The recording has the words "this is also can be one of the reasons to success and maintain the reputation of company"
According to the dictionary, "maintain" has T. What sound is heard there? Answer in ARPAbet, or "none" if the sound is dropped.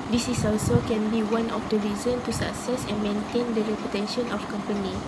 T